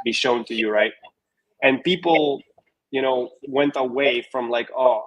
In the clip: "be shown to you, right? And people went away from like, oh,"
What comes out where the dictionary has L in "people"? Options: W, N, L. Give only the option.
N